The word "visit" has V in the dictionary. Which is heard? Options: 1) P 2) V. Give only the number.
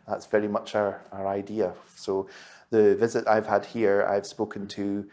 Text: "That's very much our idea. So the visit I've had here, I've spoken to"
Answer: 2